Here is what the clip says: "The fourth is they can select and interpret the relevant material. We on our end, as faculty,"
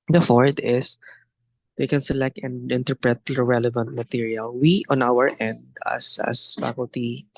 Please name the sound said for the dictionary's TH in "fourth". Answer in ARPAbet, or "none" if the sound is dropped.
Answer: T